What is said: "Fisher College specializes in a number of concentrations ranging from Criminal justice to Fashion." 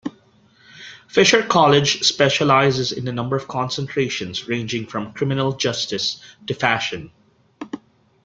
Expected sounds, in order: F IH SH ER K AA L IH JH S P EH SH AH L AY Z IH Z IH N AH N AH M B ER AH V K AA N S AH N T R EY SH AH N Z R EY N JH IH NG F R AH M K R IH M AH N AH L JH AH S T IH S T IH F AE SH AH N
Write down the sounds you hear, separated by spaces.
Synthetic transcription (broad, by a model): F IH SH ER K AA L IH JH S P EH SH AH L AY Z IH Z IH N AH N AH M B ER AH V K AA N S AH N T R EY SH AH N Z R EY N JH IH NG F R AH M K R IH M AH N AH L JH AH S T IH S T IH F AE SH AH N